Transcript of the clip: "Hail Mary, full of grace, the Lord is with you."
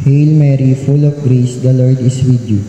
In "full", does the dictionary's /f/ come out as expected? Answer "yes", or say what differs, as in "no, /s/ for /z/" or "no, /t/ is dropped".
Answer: yes